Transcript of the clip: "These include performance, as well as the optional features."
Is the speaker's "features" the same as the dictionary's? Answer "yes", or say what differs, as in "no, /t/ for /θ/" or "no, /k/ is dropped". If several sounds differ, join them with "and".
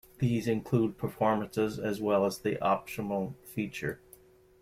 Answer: no, /z/ is dropped